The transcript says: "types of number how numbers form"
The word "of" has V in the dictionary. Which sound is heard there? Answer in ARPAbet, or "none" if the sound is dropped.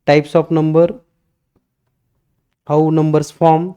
P